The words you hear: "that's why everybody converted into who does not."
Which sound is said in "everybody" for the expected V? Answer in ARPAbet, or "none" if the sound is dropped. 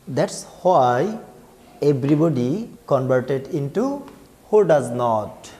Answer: B